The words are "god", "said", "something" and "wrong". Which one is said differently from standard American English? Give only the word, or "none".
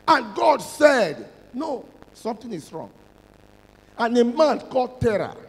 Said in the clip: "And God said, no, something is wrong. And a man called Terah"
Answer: something